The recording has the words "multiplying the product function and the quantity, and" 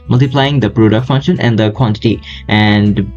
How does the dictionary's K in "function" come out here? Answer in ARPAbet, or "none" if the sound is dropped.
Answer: K